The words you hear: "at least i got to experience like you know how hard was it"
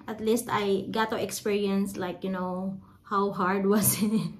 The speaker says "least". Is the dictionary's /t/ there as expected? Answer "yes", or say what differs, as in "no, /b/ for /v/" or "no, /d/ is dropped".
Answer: yes